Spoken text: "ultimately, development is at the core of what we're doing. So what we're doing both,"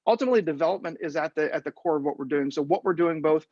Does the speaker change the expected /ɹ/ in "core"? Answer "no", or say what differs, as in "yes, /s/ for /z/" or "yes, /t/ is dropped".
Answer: no